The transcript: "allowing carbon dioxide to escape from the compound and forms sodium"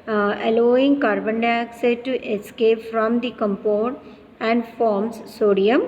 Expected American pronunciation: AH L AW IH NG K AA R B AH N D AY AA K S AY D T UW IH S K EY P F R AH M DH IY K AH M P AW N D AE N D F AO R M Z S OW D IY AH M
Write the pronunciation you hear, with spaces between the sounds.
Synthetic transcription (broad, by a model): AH L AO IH NG K AA R B AH N D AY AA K S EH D T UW IH S K EY P F R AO M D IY K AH M P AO D AE N D F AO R M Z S OW D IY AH M